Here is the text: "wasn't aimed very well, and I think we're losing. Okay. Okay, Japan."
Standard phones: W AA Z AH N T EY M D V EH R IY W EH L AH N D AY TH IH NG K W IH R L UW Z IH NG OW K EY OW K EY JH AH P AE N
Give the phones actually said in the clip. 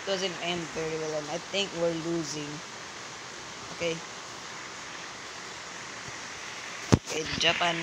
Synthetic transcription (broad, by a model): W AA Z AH N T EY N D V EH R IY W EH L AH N AY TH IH NG K W IH R L UW Z IH NG OW K EY OW K EY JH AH P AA N